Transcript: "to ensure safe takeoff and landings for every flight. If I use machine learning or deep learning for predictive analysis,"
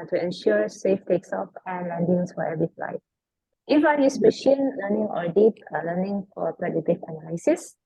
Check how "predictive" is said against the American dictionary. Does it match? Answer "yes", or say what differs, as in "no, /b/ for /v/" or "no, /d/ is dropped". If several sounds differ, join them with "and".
no, /k/ is dropped